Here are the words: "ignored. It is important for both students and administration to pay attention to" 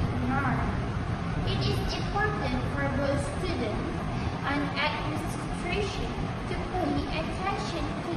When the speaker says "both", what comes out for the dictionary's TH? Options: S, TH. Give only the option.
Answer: S